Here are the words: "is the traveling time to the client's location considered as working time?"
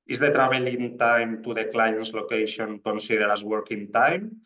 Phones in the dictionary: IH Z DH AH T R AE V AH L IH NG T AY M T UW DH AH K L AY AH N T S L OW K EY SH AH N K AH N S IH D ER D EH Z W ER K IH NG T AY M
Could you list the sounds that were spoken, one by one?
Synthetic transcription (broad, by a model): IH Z DH AH T R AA B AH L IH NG T AY M T UW DH AH K L AY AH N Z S L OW K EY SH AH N K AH N S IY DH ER D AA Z W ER K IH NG T AY M